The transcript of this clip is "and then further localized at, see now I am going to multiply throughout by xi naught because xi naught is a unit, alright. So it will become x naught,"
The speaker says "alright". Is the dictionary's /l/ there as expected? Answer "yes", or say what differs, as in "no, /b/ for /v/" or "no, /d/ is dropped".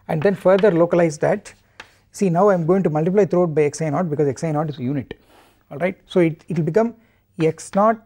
yes